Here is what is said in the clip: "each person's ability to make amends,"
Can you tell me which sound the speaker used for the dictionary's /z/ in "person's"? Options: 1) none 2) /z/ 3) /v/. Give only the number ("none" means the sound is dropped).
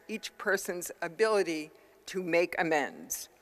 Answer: 2